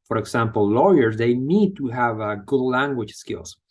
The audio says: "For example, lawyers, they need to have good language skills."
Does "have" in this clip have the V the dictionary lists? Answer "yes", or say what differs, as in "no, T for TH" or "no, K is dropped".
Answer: yes